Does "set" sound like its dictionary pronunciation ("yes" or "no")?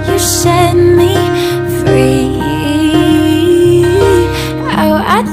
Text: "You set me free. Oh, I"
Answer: no